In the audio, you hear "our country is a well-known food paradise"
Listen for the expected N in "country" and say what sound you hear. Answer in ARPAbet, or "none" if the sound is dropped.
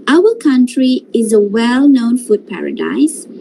N